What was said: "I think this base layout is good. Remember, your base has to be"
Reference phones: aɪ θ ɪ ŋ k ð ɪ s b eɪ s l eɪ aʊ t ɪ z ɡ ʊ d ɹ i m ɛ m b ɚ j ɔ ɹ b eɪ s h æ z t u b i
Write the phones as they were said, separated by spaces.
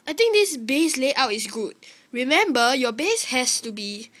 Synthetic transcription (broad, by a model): aɪ t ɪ ŋ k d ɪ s b eɪ s l eɪ aʊ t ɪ s ɡ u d ɹ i m ɛ m b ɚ j ɔ b eɪ s h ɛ s t u b i